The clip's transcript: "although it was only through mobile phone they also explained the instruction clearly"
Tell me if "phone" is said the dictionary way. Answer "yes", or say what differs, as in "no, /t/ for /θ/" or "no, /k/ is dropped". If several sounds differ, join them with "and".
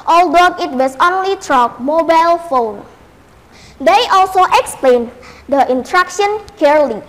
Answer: yes